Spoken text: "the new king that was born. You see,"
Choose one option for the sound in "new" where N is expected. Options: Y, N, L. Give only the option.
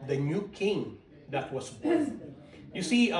N